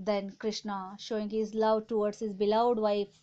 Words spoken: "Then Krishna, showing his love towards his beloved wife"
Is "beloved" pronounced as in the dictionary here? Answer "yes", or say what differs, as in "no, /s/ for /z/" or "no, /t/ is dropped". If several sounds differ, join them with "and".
no, /v/ is dropped